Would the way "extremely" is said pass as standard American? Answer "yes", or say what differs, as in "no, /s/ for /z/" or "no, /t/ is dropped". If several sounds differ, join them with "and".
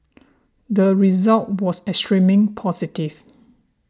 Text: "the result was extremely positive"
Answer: no, /l/ is dropped